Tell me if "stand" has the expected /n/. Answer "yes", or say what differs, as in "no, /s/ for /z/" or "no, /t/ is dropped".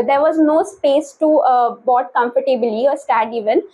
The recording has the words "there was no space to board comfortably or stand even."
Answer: no, /n/ is dropped